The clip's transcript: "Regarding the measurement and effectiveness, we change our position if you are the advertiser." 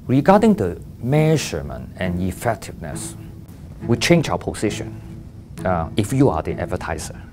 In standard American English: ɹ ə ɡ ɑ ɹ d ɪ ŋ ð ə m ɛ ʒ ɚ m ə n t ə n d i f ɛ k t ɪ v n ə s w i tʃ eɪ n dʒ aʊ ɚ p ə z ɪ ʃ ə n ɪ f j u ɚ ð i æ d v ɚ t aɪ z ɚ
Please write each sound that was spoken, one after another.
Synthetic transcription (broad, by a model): ɹ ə ɡ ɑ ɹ d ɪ ŋ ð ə m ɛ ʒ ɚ m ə n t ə n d i f ɛ k t ɪ v n ə s w i tʃ eɪ n dʒ aʊ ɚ p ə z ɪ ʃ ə n ɪ f j u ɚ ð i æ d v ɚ t aɪ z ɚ